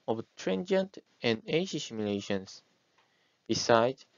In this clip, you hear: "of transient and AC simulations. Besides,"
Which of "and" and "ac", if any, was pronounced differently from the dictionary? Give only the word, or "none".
ac